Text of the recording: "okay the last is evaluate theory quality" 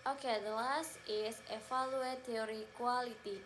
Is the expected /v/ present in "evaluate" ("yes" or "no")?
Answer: no